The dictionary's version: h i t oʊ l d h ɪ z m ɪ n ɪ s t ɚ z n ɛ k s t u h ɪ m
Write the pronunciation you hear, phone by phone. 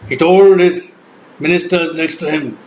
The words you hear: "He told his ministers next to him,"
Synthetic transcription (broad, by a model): h i t oʊ l d h ɪ z m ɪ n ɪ s t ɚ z l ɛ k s t u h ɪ m